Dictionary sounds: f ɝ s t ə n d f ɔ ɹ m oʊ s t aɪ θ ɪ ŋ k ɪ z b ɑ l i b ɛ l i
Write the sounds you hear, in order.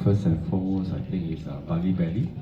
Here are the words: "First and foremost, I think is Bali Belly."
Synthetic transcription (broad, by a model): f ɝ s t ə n f ɔ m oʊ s aɪ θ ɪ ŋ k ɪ s b ɑ l i b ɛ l i